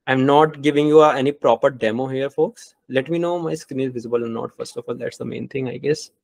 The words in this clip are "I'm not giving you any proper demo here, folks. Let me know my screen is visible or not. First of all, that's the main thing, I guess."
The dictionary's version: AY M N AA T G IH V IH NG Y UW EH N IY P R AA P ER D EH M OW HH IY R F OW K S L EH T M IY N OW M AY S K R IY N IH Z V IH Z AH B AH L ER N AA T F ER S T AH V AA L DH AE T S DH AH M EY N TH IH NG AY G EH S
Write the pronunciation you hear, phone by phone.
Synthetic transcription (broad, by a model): AY M N AA T G IH V IH NG Y UW EH N IY P R AA P ER D EH M OW HH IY R F OW K S L EH T M IY N OW M AY S K R IY N IH Z V IH Z AH B AH L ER N AA T F ER S T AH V AA L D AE T S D AH M EY N T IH NG AY G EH S